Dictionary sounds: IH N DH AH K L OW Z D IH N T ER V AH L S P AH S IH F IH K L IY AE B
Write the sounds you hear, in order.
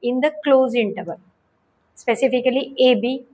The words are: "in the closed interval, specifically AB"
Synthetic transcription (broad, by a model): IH N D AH K L OW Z IH N T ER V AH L S P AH S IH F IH K L IY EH B